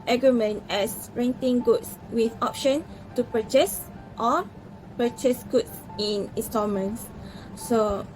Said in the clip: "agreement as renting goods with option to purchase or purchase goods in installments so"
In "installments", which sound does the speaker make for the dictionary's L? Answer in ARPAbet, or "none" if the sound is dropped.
none